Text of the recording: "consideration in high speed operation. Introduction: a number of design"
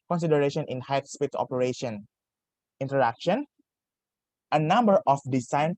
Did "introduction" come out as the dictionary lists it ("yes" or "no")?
no